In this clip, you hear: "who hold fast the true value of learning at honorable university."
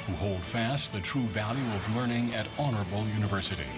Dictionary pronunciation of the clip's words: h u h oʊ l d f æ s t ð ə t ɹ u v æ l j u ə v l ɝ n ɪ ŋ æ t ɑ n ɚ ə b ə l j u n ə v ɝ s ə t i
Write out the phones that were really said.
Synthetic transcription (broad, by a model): h u h oʊ l d f æ s t ð ə t ɹ u v æ l j u ə v l ɝ n ɪ ŋ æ t ɑ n ɚ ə b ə l j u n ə v ɝ s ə t i